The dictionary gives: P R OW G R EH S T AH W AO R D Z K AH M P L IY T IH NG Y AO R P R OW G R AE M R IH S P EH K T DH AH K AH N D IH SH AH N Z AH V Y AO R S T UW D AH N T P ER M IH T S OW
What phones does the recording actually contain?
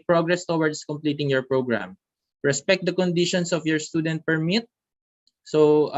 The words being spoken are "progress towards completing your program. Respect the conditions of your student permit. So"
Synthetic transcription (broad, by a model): P R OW G R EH S T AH W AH R D S K AH M P L IY T IH NG Y AO R P R OW G R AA M R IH S P EH K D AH K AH N D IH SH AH N S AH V Y AO R S T UW D AH N T P ER M IH T S OW